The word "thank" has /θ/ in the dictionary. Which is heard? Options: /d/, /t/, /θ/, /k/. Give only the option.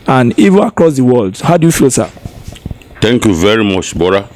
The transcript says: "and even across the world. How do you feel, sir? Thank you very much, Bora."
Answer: /t/